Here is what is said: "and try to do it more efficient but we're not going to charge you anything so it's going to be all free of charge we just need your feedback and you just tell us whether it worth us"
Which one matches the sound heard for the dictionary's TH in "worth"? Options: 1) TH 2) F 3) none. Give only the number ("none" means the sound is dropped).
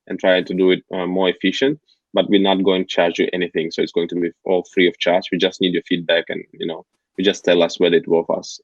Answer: 2